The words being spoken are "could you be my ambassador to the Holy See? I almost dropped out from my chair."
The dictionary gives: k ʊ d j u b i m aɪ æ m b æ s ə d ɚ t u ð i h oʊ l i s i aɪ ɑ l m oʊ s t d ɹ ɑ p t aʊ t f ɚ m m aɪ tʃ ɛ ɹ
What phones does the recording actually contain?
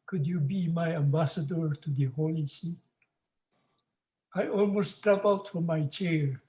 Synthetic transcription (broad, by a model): k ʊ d j u b i m aɪ æ m b æ s ə d ɚ t u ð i h oʊ l i s i aɪ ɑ l m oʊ s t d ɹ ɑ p aʊ t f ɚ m m aɪ tʃ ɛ ɹ